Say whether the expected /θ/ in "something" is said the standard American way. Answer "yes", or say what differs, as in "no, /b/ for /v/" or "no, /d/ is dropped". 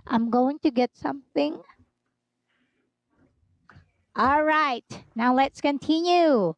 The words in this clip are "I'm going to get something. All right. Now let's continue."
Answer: yes